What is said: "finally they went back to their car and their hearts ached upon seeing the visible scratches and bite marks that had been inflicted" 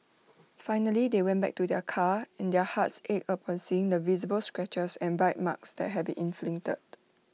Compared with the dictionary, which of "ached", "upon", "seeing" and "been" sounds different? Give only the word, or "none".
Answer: ached